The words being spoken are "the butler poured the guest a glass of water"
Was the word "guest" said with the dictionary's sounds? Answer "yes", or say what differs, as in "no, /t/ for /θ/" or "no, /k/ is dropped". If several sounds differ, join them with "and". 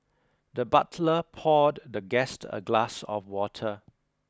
yes